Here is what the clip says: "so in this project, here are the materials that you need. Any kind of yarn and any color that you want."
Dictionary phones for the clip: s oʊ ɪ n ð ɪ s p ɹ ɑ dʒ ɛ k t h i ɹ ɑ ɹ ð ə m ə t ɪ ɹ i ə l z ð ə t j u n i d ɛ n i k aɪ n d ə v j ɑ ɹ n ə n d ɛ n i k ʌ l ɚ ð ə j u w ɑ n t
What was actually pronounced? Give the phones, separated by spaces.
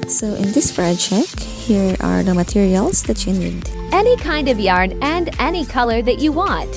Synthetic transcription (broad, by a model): s oʊ ɪ n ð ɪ s f ɹ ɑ tʃ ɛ k h i ɹ ɑ ɹ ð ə m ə t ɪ ɹ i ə l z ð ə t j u n i d ɛ n i k aɪ n d ə v j ɑ ɹ n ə n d ɛ n i k ʌ l ɚ ð ə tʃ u w ɑ n t